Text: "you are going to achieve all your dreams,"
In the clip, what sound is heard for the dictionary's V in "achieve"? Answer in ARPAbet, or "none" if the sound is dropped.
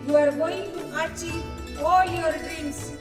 none